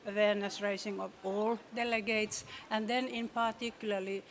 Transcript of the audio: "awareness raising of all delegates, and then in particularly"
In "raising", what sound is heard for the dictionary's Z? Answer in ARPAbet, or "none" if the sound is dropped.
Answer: S